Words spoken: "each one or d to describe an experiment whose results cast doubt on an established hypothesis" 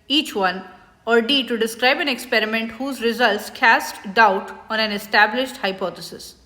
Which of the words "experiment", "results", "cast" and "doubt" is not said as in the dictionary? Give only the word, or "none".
none